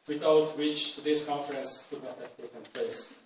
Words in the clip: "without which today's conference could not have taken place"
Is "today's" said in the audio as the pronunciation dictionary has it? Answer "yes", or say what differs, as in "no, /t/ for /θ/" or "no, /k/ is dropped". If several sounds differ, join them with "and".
no, /s/ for /z/